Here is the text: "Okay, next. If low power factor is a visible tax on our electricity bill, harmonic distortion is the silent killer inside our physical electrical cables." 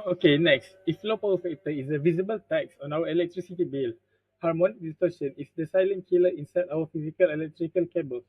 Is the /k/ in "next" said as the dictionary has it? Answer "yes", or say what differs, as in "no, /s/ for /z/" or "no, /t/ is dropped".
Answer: yes